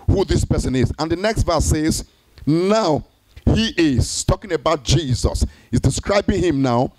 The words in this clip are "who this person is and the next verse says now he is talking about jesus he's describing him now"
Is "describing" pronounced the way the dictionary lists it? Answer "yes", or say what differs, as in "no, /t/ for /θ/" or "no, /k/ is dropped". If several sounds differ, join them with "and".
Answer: yes